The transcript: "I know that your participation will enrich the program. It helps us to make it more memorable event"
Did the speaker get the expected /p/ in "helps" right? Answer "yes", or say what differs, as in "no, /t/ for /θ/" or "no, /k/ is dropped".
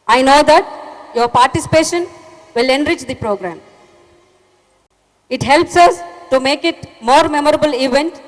yes